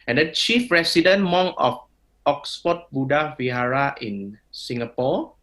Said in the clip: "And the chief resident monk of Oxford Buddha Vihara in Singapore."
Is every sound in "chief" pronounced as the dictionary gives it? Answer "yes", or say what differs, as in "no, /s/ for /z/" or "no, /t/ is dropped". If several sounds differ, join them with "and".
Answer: yes